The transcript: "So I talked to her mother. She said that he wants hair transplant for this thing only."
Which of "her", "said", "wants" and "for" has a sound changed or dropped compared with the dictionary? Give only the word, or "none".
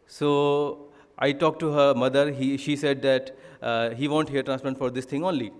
wants